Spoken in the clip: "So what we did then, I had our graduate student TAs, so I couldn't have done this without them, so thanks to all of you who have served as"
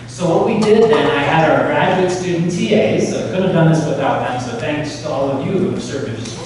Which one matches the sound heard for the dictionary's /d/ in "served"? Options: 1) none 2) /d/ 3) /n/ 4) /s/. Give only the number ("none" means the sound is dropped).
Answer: 1